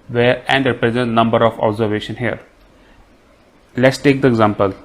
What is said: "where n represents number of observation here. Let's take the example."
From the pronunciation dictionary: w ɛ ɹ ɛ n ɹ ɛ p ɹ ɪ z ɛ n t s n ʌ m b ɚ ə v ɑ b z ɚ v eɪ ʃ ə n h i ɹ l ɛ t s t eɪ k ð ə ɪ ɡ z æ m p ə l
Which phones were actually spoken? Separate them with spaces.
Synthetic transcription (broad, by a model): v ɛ ɹ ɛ n ɹ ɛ p ɹ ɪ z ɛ n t n ʌ m b ɚ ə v ɑ b z ɚ v eɪ ʃ ə n h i ɹ l ɛ t s t eɪ k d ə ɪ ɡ z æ m p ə l